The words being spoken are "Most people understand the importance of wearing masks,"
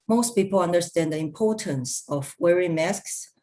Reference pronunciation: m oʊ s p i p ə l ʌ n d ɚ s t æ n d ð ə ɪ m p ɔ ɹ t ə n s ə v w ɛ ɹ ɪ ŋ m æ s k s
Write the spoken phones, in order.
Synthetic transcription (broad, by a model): m oʊ s p i p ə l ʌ n d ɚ s t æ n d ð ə ɪ m p ɔ ɹ t ə n s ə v w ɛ ɹ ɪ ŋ m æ s k s